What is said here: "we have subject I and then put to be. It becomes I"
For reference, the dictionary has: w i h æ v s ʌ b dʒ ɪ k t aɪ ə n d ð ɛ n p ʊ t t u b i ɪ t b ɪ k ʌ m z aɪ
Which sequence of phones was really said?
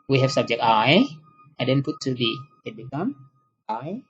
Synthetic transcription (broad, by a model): w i h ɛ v s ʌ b dʒ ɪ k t aɪ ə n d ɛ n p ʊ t t u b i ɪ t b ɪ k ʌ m aɪ